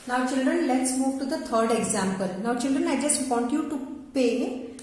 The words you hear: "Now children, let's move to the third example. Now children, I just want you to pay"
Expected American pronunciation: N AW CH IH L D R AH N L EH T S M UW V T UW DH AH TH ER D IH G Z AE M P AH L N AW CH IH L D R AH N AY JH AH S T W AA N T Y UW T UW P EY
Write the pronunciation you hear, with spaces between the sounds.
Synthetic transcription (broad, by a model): N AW CH IH L D R AH N L EH T S M UW V T UW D AH T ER D IH G Z AE M P AH L N AW CH IH L D R AH N AY JH AH S T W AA N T Y UW T UW P EY